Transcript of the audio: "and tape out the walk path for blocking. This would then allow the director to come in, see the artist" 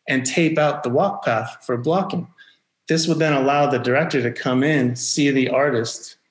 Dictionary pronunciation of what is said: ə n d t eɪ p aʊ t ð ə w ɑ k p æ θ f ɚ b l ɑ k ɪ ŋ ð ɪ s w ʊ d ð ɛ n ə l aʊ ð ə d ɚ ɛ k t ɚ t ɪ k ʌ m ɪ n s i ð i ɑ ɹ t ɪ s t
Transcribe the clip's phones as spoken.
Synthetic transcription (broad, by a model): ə n t eɪ p aʊ t ð ə w ɑ k p æ θ f ɚ b l ɑ k ɪ ŋ ð ɪ s w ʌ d ð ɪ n ə l aʊ ð ə d ɚ ɛ k t ɚ t ɪ k ʌ m ɪ n s i ð i ɑ ɹ t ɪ s t